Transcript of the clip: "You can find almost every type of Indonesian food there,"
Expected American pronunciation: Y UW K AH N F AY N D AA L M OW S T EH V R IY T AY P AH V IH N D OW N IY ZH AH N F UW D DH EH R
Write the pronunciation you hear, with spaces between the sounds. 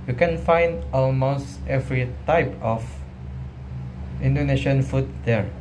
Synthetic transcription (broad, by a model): Y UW K AH N F AY N D AA L M OW S T EH V R IY T AY P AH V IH N D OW N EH SH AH N F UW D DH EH R